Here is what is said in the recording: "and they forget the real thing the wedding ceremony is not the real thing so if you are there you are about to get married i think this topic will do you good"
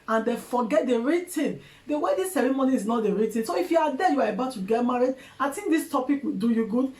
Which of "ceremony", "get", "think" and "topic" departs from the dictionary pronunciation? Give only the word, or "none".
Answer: think